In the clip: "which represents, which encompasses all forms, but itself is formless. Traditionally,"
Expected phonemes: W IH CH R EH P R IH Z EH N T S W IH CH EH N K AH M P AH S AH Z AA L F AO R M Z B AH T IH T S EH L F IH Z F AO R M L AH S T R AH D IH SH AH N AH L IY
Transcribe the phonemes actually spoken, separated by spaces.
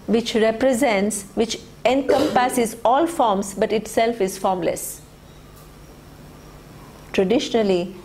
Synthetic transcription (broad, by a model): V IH CH R EH P R IH Z EH N T S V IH CH EH N K AH M P AH S AH Z AA L F AO R M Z B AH T IH T S EH L F IH Z F AO R M L AH S T R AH D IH SH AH N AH L IY